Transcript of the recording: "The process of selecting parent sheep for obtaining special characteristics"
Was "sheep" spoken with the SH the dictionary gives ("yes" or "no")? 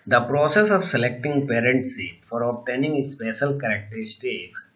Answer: no